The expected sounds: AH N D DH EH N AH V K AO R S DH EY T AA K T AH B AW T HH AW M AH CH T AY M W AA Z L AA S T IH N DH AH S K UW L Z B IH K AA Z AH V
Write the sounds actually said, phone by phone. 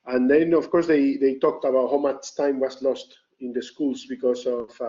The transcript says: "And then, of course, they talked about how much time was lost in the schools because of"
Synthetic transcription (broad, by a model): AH N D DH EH N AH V K AO R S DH EY T AA K T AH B AW T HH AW M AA S T AY M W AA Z L AA S T IH N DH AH S K UW L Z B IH K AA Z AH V